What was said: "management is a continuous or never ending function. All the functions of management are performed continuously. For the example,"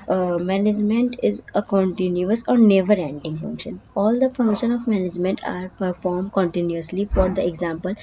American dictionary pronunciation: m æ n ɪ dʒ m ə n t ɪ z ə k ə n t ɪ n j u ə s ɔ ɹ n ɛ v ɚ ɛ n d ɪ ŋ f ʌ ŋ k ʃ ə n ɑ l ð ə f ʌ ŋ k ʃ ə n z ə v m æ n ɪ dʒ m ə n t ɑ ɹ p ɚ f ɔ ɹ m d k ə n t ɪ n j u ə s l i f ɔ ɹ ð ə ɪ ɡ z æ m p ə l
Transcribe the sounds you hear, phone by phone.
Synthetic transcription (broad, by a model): m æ n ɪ dʒ m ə n t ɪ z ə k ə n t ɪ n j u ə s ɔ ɹ n ɛ v ɚ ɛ n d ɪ ŋ f ʌ ŋ k ʃ ə n ɑ l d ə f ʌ ŋ k ʃ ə n ə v m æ n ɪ dʒ m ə n t ɑ ɹ p ɚ f ɔ ɹ m d k ə n t ɪ n j u ə s l i f ɔ ɹ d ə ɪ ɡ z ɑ m p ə l